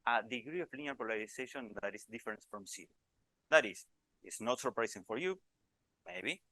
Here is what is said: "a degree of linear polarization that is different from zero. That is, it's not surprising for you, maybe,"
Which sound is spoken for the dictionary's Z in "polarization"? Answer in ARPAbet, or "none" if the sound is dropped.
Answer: S